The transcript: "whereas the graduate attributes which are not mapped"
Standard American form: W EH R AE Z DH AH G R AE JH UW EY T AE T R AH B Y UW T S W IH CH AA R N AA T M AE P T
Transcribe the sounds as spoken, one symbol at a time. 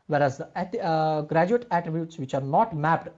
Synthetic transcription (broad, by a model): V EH R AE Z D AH G R AE JH UW EY T AE T R AH B Y UW T S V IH CH AA R N AA T M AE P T